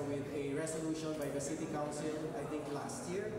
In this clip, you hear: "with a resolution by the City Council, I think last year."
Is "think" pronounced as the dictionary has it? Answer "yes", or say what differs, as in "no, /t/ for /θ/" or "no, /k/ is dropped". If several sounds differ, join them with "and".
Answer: no, /t/ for /θ/